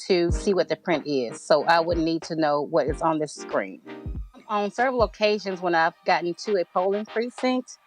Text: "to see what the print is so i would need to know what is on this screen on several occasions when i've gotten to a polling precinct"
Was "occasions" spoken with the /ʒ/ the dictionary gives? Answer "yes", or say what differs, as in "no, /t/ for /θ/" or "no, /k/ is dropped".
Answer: yes